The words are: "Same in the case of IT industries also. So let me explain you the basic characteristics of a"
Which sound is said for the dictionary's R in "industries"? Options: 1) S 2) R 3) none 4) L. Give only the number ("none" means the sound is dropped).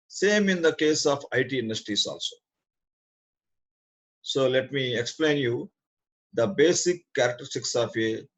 3